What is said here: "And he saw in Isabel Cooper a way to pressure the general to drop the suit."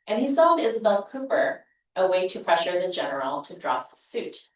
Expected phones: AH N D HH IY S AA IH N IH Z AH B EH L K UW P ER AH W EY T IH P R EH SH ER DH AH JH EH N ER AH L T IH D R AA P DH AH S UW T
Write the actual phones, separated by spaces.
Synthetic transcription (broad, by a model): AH N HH IY S AA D IH Z AH B EH L K UW P ER AH W EY T IH P R EH SH ER DH AH JH EH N ER L T IH D R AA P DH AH S UW T